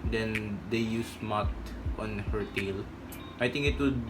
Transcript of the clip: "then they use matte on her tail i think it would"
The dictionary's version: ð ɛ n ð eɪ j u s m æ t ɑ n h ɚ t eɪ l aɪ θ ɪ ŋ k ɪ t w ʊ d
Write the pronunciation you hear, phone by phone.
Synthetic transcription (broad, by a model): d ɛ n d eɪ j u s m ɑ t ɑ n h ɚ t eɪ l aɪ t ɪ ŋ k ɪ t w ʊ d